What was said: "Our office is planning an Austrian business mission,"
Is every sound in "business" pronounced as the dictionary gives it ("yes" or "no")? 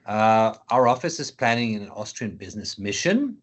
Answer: yes